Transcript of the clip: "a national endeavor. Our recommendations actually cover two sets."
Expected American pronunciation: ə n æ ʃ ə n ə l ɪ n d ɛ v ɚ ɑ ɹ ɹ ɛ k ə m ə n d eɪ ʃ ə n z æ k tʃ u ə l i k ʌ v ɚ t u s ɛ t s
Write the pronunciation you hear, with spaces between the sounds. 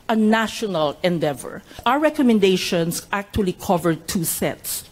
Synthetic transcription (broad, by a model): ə n æ ʃ ə n ə l ɪ n d ɛ v ɚ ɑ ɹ ɹ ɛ k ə m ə n d eɪ ʃ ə n s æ k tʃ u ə l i k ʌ v ɚ t u s ɛ t s